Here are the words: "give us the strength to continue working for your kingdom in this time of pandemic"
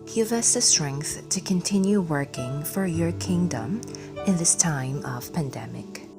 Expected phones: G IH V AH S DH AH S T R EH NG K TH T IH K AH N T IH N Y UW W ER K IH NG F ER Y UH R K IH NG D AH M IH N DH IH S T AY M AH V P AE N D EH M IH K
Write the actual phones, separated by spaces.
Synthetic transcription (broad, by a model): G IH V AH S DH AH S T R EH NG K TH T IH K AH N T IH N Y UW W ER K IH NG F ER Y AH R K IH NG D AH M IH N DH IH S T AY M AH V P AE N D EH M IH K